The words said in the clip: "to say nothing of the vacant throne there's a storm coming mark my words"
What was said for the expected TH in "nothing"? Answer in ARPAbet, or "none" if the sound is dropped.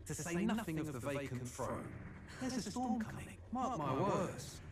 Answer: TH